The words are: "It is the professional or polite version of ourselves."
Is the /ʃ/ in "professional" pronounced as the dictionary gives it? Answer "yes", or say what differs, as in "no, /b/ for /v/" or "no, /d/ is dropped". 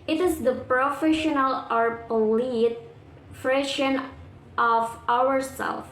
yes